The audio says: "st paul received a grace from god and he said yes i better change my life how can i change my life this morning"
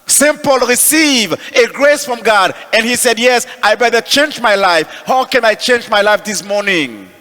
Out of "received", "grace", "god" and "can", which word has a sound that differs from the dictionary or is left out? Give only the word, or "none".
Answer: received